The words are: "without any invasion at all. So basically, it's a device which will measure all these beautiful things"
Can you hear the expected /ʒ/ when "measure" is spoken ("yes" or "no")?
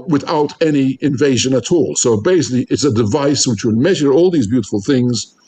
yes